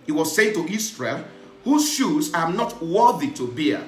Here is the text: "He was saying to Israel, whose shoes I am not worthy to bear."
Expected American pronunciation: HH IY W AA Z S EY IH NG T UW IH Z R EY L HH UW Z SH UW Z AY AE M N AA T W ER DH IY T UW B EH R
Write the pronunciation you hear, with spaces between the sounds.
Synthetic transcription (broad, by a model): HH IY W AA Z S EY IH NG T UW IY S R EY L HH UW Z SH UW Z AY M N AA T W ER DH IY T UW B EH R